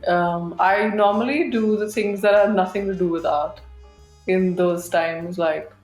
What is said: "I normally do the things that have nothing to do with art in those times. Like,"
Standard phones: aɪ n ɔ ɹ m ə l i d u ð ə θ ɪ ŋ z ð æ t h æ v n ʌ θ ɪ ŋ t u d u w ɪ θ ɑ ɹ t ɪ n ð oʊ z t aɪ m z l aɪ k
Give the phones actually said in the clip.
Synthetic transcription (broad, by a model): aɪ n ɔ ɹ m ə l i d u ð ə t ɪ ŋ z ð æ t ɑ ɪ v n ʌ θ ɪ ŋ t u d u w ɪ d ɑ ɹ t ɪ n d oʊ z t aɪ m z l aɪ k